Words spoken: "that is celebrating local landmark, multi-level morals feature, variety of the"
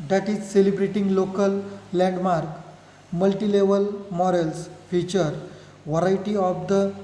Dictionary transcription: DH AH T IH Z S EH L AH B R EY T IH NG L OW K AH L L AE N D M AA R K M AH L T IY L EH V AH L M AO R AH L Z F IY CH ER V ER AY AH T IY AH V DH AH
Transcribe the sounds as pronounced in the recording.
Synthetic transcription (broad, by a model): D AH T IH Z S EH L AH B R EY T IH NG L OW K AH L L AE N D M AA R K M AH L T IY L EH V AH L M AO R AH L S F IY CH ER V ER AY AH T IY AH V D AH